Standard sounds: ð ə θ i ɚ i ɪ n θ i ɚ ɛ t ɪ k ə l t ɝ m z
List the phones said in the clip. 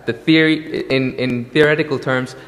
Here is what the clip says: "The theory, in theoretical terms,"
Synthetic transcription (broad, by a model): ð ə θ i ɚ i ɪ n θ i ɚ ɛ t ɪ k ə l t ɝ m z